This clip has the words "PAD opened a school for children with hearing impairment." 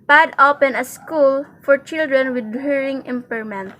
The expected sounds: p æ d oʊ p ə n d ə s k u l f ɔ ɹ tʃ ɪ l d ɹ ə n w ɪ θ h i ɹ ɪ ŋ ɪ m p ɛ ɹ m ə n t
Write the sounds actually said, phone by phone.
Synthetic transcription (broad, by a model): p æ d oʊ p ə n ə s k u l f ɔ ɹ tʃ ɪ l d ɹ ə n w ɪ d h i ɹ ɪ ŋ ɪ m p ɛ ɹ m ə n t